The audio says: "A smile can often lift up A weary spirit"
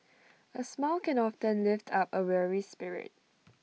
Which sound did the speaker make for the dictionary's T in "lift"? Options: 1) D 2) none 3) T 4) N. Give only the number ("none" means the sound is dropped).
3